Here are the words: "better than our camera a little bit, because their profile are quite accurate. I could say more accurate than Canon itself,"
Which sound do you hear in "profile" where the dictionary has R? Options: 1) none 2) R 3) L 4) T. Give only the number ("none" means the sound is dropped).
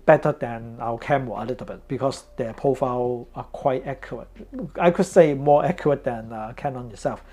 1